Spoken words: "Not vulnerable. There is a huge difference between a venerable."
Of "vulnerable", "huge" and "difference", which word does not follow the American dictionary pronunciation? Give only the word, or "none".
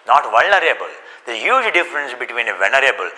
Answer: none